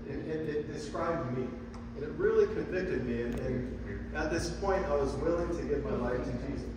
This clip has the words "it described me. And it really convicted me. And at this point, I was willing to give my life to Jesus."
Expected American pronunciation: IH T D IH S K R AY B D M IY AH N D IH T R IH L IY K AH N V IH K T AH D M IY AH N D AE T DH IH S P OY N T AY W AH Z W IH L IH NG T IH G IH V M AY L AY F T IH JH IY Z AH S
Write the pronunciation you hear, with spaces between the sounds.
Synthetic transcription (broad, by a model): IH T D IH S K R AY B D M IY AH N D IH T R IH L IY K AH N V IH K T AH D M IY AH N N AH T DH IH S P OY N T AY W AH Z W IH L IH NG T IH G IH V M AY L AY F T IH JH IY Z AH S